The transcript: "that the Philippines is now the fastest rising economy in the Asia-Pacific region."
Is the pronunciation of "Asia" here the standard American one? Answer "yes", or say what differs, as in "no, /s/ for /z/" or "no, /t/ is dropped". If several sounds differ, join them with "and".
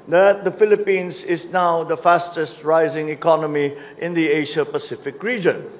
no, /ʃ/ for /ʒ/